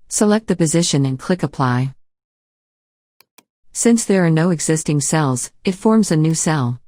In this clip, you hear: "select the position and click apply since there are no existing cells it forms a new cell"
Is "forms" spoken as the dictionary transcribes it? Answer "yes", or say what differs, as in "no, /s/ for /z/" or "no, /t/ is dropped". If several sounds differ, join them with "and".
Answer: yes